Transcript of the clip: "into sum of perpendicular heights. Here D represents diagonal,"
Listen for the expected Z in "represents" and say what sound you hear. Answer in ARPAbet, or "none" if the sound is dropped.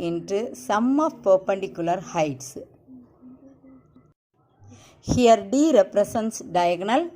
S